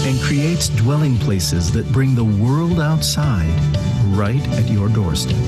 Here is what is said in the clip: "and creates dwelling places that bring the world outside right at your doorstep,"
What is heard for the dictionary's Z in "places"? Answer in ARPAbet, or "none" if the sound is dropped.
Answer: Z